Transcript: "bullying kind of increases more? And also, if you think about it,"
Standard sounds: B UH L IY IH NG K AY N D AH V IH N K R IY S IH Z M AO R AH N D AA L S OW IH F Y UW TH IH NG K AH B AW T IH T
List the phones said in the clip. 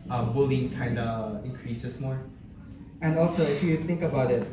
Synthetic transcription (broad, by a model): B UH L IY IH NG K AY N D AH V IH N K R IY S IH S M AO R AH N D AA L S OW IH F Y UW TH IH NG K AH B AW T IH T